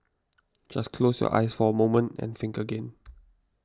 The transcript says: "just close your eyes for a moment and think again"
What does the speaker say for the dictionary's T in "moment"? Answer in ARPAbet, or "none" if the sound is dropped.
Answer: T